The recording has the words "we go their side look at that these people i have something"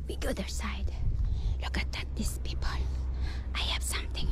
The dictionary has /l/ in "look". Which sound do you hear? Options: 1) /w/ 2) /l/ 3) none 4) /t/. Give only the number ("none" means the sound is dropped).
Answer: 2